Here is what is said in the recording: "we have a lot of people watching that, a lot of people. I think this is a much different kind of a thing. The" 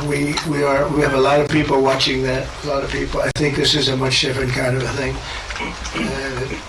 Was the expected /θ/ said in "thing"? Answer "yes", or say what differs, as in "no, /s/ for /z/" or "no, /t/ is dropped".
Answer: yes